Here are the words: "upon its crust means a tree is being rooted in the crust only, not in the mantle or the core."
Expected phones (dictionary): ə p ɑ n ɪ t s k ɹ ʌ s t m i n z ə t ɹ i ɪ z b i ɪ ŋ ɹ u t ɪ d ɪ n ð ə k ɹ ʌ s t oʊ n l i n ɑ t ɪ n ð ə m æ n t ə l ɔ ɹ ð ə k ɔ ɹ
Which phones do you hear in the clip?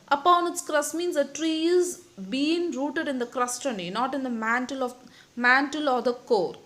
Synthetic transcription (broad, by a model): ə p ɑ n ɪ t s k ɹ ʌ s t m i n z ə t ɹ i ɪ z b i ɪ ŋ ɹ u t ɪ d ɪ n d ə k ɹ ʌ s t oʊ n i n ɑ t ɪ n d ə m æ n t ə l ɔ ɹ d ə k ɔ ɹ